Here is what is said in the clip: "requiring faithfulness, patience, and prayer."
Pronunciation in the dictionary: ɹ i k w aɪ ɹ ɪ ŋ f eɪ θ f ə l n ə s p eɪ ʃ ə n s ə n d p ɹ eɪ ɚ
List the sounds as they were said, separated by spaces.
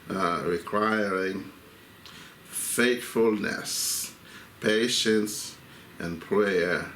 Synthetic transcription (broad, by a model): ɹ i k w aɪ ɹ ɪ ŋ f eɪ t f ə l n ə s p eɪ ʃ ə n s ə n p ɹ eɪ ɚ